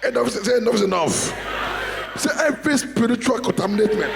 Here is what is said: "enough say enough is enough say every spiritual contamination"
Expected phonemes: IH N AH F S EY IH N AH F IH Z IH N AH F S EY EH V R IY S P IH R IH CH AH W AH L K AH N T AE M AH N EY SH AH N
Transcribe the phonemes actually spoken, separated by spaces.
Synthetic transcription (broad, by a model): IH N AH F S EY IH N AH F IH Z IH N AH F S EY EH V IY S P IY R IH CH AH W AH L K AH N T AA M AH N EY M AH N